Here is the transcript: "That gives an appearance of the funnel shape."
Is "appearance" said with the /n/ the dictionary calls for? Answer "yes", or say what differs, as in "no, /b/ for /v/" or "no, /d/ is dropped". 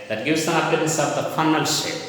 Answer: no, /n/ is dropped